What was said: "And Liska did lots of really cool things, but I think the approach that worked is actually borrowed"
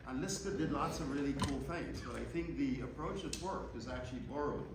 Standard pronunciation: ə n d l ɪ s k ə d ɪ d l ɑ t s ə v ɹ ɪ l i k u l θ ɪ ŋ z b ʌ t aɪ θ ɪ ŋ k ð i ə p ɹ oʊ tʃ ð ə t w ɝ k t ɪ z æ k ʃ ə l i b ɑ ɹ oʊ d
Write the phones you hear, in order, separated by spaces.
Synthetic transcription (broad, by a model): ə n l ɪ s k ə d ɪ d l ɑ t s ə v ɹ ɪ l i k u l θ ɪ ŋ z b ʌ t aɪ θ ɪ ŋ k ð i ə p ɹ oʊ tʃ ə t w ɝ k ɪ z æ k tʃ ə l i b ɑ ɹ oʊ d